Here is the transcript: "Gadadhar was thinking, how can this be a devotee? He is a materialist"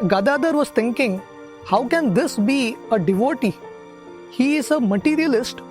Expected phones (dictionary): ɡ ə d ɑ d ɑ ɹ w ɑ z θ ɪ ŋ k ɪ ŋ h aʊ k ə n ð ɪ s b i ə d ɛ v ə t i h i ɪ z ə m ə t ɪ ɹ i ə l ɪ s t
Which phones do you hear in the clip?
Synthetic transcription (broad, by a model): ɡ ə d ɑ d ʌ ɹ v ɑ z t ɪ ŋ k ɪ ŋ h aʊ k ə n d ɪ s b i ə d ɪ v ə t i h i ɪ z ə m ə t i ɹ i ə l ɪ s t